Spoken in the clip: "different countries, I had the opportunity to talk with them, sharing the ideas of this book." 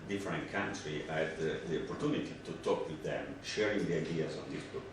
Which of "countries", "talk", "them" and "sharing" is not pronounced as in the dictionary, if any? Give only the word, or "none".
countries